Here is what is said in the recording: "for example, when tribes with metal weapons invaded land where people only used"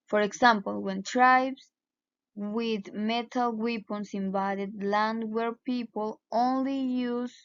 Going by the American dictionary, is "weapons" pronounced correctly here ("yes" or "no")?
no